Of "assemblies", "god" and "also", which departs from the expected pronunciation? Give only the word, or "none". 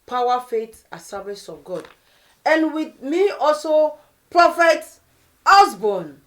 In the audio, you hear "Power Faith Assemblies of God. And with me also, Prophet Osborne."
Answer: assemblies